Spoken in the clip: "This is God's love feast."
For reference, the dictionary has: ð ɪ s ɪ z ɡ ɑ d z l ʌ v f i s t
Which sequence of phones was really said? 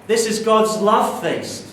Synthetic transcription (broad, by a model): ð ɪ s ɪ z ɡ ɑ d z l ʌ v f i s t